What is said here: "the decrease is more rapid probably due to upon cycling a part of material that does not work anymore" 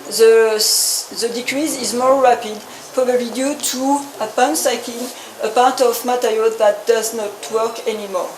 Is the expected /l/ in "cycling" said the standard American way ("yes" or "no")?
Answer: no